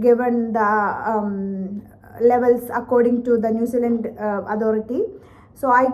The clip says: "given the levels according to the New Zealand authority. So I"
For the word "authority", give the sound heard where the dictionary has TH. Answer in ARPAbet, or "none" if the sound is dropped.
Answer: T